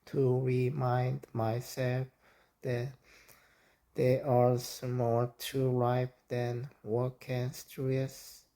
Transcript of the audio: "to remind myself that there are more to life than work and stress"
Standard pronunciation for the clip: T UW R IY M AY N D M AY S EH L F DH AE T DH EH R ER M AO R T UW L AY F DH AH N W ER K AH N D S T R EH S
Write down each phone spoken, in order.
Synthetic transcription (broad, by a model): T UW R IY M AY N D M AY S EH L F DH AE T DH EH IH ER M AO L T UW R AY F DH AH N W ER K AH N S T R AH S